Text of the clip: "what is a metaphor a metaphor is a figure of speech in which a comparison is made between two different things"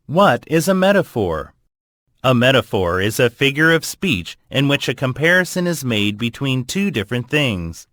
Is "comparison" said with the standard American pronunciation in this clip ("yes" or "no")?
yes